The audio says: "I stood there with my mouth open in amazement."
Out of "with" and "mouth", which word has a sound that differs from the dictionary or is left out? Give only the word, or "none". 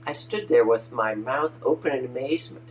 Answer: none